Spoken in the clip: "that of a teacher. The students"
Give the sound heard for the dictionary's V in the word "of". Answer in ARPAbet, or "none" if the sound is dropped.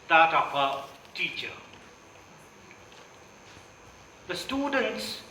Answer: P